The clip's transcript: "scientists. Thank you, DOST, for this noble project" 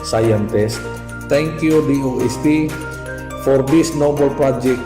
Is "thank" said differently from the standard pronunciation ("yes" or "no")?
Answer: yes